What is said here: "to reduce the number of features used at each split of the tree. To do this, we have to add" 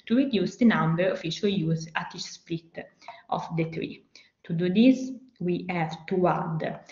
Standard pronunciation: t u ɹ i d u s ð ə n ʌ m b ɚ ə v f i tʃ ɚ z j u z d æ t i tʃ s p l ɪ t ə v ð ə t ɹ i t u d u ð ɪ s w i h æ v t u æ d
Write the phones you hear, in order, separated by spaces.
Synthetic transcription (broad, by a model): t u ɹ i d u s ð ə n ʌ m b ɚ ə f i ʃ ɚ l j u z æ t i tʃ s p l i t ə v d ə t ɹ i t u d u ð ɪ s w i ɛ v t u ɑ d